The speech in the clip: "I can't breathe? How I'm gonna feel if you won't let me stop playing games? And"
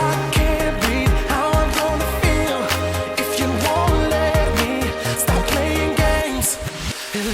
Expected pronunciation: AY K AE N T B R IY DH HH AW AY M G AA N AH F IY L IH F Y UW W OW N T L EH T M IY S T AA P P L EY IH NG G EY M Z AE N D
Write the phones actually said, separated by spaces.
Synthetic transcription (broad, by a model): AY K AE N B IY HH AW AY M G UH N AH F IY L IH F Y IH W OW N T L EH T M IY S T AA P P L EY IH NG G EY M Z